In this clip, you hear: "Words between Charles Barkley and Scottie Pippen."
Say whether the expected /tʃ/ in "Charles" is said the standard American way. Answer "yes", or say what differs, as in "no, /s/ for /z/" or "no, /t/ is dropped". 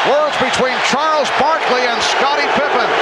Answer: yes